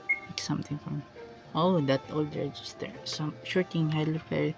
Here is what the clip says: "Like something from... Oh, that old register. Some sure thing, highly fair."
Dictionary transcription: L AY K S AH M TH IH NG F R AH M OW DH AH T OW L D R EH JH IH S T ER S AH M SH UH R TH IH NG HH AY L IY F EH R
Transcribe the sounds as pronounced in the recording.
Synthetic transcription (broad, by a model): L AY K S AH M T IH NG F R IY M OW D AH T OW L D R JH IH S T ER S AH M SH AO R T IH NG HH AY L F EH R